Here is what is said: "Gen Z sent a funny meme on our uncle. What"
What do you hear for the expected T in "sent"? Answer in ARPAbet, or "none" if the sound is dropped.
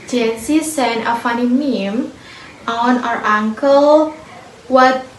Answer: none